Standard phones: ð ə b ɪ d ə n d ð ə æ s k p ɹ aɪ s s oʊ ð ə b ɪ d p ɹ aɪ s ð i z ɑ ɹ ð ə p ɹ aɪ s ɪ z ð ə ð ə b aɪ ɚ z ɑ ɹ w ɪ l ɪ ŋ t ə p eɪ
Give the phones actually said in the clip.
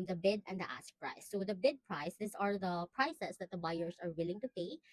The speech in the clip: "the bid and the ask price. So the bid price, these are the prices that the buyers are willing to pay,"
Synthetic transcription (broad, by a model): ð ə b ɪ d ə n d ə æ s p ɹ aɪ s s oʊ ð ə b ɪ d p ɹ aɪ s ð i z ɑ ɹ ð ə p ɹ aɪ s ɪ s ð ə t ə b aɪ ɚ s ɑ ɹ w ɪ l ɪ ŋ t ə p eɪ